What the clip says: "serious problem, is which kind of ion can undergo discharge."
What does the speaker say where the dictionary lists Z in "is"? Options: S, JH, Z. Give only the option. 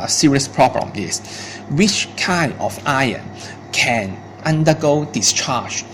S